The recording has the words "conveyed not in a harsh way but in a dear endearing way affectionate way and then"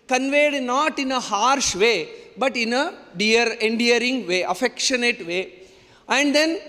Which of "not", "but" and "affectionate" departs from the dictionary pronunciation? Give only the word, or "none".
none